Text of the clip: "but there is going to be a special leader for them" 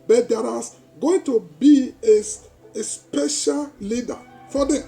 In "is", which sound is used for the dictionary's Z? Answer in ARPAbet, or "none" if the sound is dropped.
S